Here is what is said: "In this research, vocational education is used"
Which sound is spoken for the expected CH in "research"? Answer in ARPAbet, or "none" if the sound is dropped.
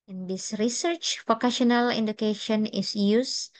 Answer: CH